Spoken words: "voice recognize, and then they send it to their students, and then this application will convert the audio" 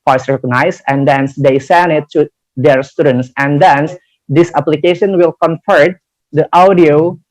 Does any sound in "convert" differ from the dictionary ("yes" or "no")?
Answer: yes